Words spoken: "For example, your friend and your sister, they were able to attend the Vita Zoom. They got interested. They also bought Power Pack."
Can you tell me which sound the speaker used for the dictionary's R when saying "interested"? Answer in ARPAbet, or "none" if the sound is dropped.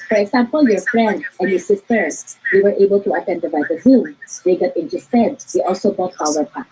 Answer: none